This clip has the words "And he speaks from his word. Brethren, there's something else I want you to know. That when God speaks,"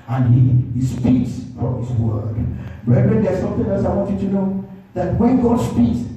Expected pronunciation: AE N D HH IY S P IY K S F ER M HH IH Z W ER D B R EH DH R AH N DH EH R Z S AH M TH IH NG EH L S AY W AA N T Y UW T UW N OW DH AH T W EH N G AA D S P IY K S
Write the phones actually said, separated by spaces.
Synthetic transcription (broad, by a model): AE N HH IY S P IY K S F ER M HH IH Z W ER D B R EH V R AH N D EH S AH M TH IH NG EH S AY W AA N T Y UW T UW N OW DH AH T W EH N G AA D S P IY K S